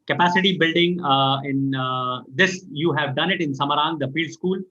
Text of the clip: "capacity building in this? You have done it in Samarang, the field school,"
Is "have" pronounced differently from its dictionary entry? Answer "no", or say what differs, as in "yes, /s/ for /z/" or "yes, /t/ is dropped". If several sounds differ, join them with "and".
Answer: no